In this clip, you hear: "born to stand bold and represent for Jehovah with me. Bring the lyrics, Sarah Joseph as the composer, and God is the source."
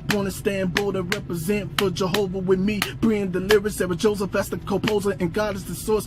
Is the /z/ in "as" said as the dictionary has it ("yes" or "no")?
no